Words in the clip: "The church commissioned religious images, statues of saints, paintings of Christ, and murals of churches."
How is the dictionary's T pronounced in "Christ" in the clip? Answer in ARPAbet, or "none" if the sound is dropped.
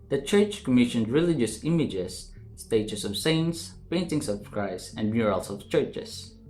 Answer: none